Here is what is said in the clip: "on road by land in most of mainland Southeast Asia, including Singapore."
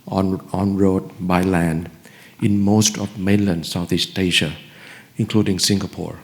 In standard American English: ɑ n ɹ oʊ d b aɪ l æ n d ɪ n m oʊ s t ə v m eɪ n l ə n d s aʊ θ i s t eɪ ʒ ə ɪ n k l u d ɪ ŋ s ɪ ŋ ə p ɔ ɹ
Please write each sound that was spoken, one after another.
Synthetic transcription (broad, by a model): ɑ n ɹ oʊ d b aɪ l æ n d ɪ n m oʊ s t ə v m eɪ n l ə n d s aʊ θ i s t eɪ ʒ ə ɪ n k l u d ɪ ŋ s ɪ ŋ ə p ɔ ɹ